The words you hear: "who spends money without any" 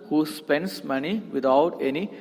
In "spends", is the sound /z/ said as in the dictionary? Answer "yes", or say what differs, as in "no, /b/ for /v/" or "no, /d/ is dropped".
no, /s/ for /z/